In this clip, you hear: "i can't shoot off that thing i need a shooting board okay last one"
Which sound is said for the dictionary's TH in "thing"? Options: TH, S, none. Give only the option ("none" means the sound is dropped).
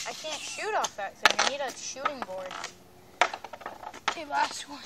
S